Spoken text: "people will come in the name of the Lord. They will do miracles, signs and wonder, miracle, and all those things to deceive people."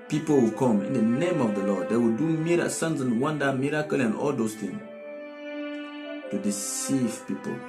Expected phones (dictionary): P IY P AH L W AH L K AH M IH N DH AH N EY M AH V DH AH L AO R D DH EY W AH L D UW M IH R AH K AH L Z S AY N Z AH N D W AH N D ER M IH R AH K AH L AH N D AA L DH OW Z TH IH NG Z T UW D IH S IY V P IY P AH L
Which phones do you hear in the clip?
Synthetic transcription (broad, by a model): P IY P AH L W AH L K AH M IH N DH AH N EY M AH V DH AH L AO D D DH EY W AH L D UW M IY R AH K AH S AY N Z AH N W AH N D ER M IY R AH K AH L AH N AA L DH OW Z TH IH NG T UW D IH S IY V P IY P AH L